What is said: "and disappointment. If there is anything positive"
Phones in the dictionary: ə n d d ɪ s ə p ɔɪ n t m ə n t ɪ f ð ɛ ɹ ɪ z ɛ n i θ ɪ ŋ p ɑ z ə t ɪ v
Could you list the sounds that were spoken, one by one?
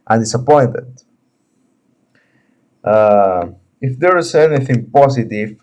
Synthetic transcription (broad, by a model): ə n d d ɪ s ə p ɔɪ n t ə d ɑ ɪ f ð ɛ ɹ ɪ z ɛ n i θ ɪ ŋ p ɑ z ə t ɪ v